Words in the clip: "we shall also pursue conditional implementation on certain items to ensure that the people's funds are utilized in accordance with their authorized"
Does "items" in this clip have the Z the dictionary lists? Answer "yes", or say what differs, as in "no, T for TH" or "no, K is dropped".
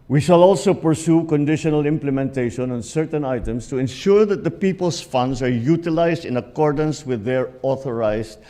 no, S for Z